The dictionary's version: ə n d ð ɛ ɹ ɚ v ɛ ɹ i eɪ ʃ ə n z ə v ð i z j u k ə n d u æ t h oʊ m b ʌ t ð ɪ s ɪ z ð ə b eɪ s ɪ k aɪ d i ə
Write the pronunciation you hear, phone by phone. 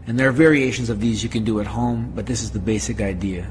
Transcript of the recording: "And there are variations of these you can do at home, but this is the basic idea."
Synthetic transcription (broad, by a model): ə n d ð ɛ ɹ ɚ v ɛ ɹ i eɪ ʃ ə n z ə v ð i z j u k ə n d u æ t h oʊ m b ʌ t ð ɪ s ɪ z ð ə b eɪ s ɪ k aɪ d i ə